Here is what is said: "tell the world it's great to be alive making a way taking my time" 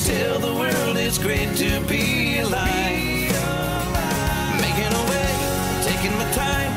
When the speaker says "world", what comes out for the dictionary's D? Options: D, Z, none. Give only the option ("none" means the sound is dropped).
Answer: D